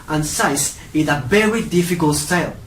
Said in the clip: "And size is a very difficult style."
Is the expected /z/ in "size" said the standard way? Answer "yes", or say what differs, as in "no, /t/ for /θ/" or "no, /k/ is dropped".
no, /s/ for /z/